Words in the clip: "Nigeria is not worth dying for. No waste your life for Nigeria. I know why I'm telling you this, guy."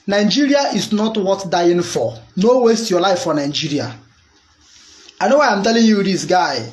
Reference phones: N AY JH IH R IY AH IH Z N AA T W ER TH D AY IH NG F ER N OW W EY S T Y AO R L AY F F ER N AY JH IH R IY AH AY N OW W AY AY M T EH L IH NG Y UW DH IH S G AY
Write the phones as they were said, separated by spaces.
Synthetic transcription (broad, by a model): N AY JH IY R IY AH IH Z N AA T W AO T D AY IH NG F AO N OW W EY S T Y AO L AY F F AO N AY JH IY R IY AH AY N OW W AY AY M T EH L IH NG Y UW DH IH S G AY